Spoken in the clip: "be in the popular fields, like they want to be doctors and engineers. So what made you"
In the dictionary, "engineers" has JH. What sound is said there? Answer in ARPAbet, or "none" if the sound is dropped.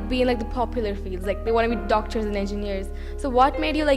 JH